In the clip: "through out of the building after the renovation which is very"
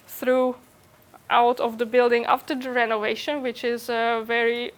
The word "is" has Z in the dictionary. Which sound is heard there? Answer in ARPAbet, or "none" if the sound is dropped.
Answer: Z